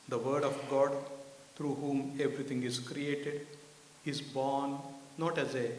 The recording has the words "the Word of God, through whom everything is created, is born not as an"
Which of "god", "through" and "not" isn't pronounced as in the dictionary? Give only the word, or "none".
through